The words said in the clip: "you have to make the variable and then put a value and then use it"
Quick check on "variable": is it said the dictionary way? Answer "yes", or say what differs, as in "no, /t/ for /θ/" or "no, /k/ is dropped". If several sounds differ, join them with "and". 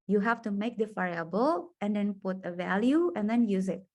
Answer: no, /f/ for /v/ and /ɹ/ is dropped